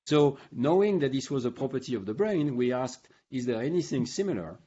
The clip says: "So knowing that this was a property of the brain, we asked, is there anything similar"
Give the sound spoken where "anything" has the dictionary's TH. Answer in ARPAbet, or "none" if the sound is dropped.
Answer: TH